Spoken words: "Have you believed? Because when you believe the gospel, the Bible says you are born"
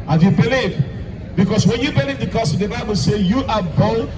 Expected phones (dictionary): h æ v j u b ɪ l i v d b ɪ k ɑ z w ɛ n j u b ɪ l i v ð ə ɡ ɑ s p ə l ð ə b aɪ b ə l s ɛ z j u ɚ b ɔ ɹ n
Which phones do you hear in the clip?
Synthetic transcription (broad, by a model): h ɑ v j u b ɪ l i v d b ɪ k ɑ s w ɛ n j u b ɪ l i v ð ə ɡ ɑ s ə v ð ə b aɪ b ə l s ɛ j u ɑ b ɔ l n